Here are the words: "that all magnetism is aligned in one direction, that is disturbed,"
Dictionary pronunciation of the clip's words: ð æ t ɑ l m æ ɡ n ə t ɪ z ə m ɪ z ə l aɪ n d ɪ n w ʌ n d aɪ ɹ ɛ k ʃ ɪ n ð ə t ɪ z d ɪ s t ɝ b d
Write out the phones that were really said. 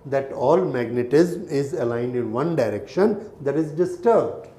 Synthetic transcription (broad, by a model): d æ t ɑ l m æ ɡ n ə t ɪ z m ɪ z ə l aɪ n d ɪ n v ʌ n d aɪ ɹ ɛ k ʃ ɪ n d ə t ɪ z d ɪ s t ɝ b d